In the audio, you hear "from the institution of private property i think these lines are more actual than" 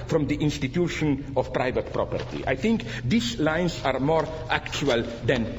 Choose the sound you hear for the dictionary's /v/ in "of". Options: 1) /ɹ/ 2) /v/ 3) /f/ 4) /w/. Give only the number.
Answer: 3